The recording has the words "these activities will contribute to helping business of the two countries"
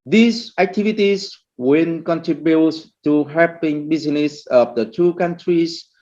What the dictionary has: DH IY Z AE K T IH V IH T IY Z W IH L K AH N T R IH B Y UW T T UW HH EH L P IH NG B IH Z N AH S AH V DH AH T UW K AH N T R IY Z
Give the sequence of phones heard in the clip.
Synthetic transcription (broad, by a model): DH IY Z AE K T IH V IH T IY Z W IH N K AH N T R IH B Y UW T T UW HH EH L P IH NG B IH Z N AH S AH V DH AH T UW K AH N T R IY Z